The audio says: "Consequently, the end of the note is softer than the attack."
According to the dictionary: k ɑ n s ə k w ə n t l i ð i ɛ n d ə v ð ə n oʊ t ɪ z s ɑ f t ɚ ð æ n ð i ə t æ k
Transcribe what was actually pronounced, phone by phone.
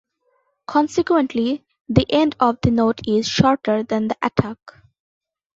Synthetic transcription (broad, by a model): k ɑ n s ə k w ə n t l i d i ɛ n d ə v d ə n oʊ t ɪ z ʃ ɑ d t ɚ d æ n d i ə t æ k